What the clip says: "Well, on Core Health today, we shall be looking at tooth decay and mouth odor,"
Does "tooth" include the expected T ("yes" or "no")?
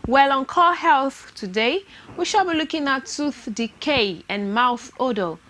no